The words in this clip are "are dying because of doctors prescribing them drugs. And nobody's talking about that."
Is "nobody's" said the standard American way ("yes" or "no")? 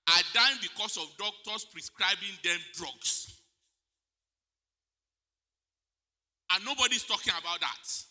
no